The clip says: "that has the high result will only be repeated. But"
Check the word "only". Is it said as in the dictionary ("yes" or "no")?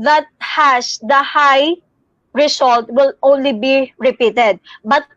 yes